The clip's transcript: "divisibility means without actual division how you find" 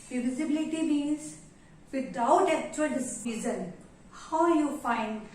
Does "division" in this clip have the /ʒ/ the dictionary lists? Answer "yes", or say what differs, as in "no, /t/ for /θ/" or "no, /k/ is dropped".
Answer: no, /z/ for /ʒ/